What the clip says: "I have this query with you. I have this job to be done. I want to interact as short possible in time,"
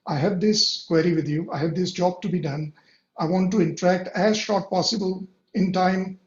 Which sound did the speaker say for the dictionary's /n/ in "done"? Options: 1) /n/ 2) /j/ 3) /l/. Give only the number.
1